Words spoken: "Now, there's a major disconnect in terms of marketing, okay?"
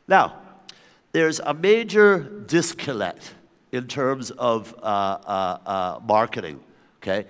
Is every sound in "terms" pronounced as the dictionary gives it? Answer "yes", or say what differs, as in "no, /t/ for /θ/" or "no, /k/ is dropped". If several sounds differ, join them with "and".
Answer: yes